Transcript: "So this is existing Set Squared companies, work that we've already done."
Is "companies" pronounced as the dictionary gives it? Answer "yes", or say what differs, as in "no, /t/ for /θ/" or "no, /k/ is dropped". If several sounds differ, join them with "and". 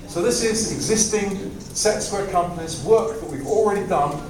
yes